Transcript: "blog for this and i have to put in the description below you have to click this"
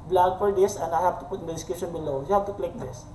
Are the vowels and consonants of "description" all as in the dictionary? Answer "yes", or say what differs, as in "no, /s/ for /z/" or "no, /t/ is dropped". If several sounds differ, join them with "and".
no, /ɹ/ is dropped and /p/ is dropped